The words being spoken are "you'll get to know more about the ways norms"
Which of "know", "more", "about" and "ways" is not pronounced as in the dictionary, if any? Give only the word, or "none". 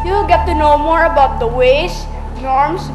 ways